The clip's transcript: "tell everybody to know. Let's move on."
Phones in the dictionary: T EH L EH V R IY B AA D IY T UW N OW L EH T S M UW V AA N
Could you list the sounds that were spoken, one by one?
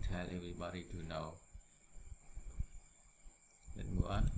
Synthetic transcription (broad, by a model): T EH L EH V R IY B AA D IY T UW N OW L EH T M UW AA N